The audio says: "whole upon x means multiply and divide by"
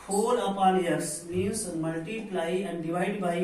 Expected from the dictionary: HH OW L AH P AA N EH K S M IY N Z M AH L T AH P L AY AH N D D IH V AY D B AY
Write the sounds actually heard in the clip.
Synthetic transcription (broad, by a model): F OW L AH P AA L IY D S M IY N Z M AH L T AH P L AY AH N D D IH V AY D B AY